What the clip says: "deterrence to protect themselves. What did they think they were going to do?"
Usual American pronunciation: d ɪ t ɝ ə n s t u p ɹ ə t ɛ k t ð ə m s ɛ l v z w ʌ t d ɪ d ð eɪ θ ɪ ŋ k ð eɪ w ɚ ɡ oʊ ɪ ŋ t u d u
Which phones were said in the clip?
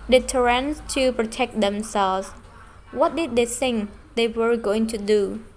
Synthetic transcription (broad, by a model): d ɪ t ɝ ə n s t u p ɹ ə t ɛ k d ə m s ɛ l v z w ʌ t d ɪ d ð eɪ s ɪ ŋ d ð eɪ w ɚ ɡ oʊ ɪ ŋ t u d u